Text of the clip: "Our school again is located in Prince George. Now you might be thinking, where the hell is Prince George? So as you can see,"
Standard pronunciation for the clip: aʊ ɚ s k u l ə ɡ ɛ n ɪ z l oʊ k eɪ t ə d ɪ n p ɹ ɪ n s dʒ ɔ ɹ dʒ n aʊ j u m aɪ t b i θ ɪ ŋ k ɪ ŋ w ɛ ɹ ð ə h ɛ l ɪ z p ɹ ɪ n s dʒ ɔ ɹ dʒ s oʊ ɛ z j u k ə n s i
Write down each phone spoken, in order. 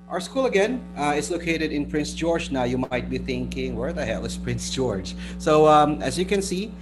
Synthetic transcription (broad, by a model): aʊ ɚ s k u l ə ɡ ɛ n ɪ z l oʊ k eɪ t ə d ɪ n p ɹ ɪ n s dʒ ɔ ɹ dʒ n aʊ j u m aɪ t b i θ ɪ ŋ k ɪ ŋ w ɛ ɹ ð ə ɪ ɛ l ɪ s p ɹ ɪ n s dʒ ɔ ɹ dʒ s oʊ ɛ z j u k ə n s i